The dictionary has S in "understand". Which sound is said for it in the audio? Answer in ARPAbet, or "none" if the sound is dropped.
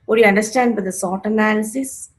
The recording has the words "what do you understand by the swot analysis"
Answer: S